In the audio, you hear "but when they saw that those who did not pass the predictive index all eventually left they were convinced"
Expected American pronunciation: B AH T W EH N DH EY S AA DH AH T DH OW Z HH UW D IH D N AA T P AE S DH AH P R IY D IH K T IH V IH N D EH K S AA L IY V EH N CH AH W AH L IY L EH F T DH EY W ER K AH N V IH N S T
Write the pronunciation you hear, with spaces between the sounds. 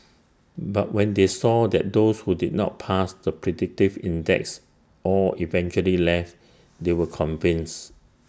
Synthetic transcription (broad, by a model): B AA T W EH N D EY S AA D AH T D OW S HH UW D IH D N AA T P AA S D AH P R IY D IH K T IH V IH N D EH K S AA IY V EH N CH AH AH L IY L EH F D EY W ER K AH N V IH N S